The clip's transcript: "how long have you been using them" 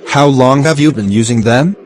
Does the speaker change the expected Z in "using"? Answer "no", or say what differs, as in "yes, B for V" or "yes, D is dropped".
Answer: no